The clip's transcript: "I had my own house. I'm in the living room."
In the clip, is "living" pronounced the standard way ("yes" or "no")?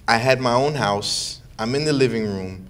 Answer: yes